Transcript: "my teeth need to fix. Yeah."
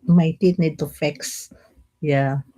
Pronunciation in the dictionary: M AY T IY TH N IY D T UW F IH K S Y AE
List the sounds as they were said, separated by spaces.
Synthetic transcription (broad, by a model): M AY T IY T N IY D T UW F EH K S Y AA